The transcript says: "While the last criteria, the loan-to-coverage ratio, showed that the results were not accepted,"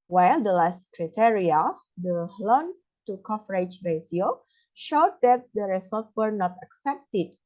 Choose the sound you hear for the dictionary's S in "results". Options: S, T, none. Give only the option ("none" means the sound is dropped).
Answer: none